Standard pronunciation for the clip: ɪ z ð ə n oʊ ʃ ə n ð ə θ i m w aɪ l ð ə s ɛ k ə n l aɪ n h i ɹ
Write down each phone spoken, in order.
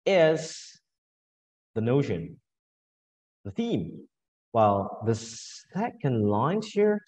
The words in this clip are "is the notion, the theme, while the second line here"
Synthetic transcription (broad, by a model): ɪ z ð ə n oʊ ʃ ə n ð ə θ i m w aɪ l ð ə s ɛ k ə n l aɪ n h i ɹ